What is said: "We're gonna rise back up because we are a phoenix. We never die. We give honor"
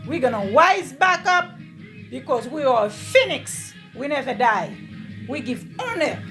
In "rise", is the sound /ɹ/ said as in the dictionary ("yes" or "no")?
no